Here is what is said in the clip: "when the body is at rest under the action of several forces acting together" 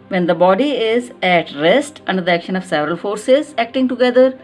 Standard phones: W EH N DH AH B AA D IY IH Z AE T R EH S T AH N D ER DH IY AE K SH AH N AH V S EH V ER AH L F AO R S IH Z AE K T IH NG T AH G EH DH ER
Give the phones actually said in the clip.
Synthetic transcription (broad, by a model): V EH N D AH B AA D IY IH Z AE T R EH S T AH N D ER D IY AE K SH AH N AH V S EH V ER AH L F AO R S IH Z AE K T IH NG T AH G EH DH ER